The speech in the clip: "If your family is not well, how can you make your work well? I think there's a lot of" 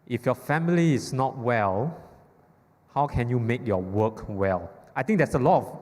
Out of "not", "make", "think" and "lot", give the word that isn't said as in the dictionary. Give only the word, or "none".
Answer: think